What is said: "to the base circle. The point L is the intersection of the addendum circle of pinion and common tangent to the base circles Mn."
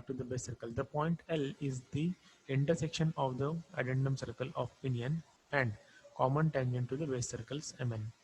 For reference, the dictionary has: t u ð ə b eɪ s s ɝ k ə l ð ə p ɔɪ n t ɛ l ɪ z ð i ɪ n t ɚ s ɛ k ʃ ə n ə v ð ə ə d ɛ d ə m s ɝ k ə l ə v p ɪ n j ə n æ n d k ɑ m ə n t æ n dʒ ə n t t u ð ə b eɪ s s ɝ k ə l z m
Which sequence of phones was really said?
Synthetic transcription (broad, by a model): t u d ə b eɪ s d k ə l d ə p ɔɪ n t ɛ l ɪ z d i ɪ n t ɚ s ɛ k ʃ ə n ə v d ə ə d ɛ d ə m s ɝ k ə l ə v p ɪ n j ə n æ n d k ɑ m ə n t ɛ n ʃ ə n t t u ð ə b eɪ s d k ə l s m